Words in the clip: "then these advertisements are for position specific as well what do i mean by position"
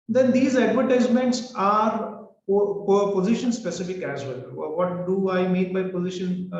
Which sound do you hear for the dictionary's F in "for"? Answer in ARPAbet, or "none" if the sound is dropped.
P